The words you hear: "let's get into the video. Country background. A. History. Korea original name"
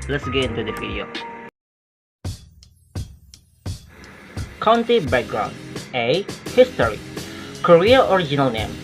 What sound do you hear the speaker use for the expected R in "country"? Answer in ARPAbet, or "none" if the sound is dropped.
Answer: none